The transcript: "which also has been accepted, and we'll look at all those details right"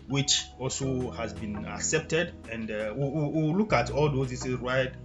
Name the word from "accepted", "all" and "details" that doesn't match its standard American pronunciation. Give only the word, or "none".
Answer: details